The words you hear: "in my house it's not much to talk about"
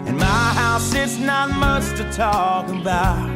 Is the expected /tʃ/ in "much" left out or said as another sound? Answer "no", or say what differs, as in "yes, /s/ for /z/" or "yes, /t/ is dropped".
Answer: yes, /s/ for /tʃ/